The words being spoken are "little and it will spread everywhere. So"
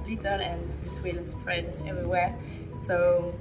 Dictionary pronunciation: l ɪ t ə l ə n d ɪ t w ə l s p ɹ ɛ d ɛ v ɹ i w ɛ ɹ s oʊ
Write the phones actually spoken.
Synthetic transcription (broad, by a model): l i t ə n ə n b ɪ t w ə n s p ɹ ɛ d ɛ v ɹ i w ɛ s oʊ